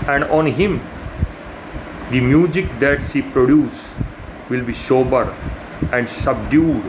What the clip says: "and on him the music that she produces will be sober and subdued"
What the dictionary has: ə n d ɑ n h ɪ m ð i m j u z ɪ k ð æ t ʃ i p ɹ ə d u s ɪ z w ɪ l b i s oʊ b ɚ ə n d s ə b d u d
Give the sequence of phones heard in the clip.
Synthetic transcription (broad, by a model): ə n d ɑ n h ɪ m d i m j u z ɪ k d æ t s i p ɹ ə d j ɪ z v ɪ l b i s oʊ b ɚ ə n d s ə b d u d